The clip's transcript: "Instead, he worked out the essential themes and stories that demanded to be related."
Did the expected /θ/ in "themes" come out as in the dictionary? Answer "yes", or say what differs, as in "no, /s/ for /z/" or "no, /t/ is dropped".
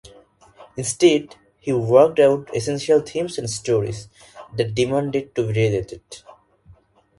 no, /t/ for /θ/